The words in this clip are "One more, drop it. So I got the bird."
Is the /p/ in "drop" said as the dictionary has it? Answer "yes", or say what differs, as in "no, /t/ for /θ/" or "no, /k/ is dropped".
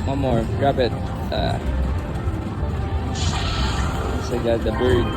no, /b/ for /p/